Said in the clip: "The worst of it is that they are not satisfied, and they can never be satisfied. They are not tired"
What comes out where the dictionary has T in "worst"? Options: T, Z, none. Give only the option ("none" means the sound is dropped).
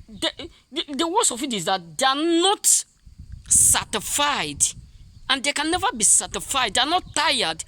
none